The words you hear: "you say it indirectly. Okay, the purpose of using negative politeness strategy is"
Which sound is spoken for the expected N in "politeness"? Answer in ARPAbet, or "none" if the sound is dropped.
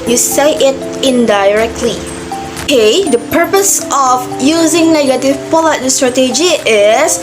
none